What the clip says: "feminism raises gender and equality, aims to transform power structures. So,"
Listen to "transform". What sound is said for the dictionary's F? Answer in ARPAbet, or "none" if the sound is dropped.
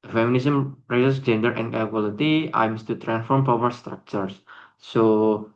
F